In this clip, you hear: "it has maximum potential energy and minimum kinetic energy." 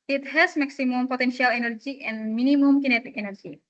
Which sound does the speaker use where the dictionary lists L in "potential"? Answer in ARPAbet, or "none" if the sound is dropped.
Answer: L